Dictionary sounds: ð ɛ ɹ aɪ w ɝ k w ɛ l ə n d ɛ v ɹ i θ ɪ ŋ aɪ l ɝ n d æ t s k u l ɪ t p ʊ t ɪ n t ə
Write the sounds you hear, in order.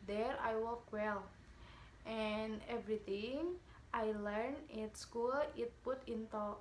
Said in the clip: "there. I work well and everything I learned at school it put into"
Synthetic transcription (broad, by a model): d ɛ ɹ aɪ w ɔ k w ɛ l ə n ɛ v ɹ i t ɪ ŋ aɪ l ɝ n ɪ t s k u l ɪ t p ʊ t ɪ n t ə